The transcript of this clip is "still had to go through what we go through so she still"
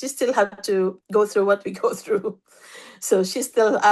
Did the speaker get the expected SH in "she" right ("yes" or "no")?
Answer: yes